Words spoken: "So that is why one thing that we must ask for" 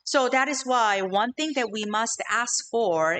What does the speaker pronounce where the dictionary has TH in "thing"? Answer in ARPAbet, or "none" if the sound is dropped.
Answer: TH